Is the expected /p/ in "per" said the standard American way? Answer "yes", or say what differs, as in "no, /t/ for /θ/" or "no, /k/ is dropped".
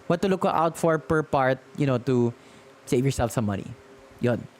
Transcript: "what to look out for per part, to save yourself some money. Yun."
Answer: yes